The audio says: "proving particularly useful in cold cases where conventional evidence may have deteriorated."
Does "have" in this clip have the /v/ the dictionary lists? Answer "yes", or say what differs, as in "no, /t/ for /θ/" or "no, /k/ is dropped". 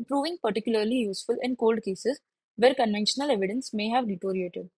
yes